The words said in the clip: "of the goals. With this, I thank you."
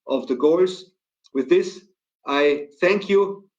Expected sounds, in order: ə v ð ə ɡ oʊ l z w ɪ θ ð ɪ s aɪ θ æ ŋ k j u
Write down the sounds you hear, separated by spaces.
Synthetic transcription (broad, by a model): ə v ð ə ɡ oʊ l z w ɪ ð ɪ s aɪ θ æ ŋ k j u